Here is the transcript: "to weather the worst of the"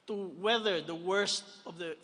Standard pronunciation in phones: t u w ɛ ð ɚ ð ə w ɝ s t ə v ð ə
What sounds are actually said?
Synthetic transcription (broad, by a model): t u w ɛ ð ɚ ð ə w ɝ s t ə v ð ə